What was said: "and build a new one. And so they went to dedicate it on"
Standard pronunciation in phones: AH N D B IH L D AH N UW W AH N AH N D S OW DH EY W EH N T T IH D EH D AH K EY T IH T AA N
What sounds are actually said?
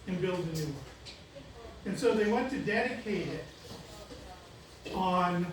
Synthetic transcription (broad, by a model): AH N B IH L D AH N UW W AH AH N S OW DH EY W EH N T T IH D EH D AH K EY T IH T N